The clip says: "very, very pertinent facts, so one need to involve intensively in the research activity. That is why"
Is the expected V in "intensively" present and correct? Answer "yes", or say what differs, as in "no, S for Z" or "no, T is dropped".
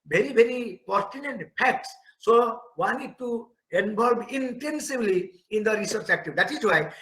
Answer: no, B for V